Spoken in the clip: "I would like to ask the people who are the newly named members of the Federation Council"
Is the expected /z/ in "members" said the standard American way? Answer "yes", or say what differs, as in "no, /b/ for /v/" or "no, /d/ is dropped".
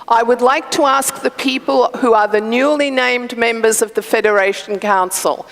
yes